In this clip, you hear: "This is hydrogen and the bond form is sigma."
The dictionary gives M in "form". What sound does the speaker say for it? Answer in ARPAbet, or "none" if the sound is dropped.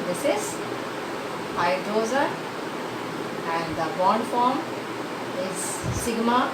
M